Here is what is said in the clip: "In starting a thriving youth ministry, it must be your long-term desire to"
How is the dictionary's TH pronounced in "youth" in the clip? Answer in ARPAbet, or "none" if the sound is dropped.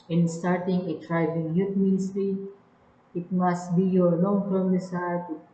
T